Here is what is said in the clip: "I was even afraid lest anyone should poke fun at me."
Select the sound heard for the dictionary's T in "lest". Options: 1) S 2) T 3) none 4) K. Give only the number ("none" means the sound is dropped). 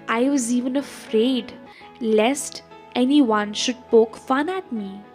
2